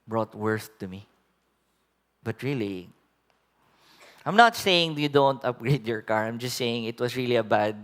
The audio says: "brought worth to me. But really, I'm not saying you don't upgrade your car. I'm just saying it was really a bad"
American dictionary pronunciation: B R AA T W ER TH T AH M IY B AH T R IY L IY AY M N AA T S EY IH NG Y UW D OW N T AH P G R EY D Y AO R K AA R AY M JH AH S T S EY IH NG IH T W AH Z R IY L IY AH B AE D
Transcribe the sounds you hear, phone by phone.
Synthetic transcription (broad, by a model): B R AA T W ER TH T AH M IY B AH T R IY L IY AY M N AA T S EY IH NG Y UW D OW N T AH P G R EY D Y AO R K AA R AY M JH AH S T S EY IH NG IH T W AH S R IY L IY AH B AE D